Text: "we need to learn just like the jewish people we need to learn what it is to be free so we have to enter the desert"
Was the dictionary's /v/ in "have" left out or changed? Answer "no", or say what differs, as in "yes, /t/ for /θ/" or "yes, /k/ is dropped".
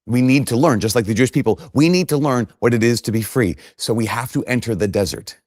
yes, /f/ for /v/